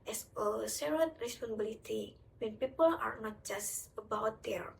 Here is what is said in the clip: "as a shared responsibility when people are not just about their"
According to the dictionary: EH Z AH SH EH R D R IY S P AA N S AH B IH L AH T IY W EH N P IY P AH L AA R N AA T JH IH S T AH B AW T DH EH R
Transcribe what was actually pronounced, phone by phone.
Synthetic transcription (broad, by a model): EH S AH S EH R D R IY S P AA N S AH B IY L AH T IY W EH N P IY P AH L AA R N AA T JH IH S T AH B AW T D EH R